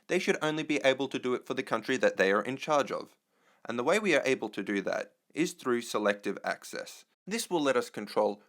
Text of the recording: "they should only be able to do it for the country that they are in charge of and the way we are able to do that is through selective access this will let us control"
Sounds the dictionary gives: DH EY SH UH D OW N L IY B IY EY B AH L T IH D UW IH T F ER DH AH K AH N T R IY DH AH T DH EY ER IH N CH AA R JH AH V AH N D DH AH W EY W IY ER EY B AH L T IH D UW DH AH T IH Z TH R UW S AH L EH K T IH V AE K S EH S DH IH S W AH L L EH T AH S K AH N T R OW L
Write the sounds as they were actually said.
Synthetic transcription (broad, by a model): DH EY SH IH D OW N L IY B IY EY B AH L T IH D IH T F ER DH AH K AH N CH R IY DH AH T DH EY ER IH N CH AA R JH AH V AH N DH AH W EY W IY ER EY B L T IH D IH DH AH T IH Z TH R UW S AH L EH K T IH V AE K S EH S DH IH S W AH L L EH T AH S K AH N T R OW L